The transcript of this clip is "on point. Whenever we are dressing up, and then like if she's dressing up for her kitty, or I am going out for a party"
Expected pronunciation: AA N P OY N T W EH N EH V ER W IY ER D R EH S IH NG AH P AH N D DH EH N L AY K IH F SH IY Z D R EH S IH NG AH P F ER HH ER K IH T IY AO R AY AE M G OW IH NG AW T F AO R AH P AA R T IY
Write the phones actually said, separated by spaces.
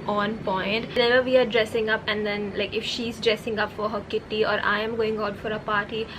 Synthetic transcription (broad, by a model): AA N P OY N T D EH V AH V IY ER D R EH S IH NG AH P AH N D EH N L AY K IH F SH IY Z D R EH S IH NG AH P F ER HH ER K IH T IY AO R AY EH M G OW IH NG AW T F AO R AH P AA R T IY